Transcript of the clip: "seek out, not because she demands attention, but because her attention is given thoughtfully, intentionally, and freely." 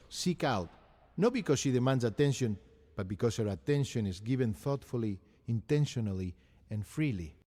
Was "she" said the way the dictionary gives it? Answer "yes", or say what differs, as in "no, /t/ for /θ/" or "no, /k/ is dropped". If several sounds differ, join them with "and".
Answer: yes